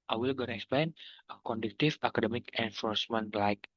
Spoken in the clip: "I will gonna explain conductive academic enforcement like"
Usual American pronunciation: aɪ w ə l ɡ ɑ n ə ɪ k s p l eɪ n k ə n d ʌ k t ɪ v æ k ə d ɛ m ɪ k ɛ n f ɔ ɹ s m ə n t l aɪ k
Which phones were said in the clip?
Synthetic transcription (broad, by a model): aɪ w ə l ɡ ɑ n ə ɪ k s p l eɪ n k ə n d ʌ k t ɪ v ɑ k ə d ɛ m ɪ k ɛ n f ɔ ɹ s m ə n t l aɪ k